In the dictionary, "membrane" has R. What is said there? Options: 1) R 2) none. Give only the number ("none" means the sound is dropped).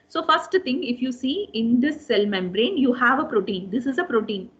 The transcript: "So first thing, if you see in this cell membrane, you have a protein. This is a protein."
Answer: 1